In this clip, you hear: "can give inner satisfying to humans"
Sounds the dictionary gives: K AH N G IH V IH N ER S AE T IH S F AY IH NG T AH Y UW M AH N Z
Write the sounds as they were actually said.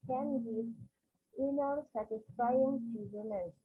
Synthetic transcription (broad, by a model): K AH N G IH IH N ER S AE T IH S F AY IH NG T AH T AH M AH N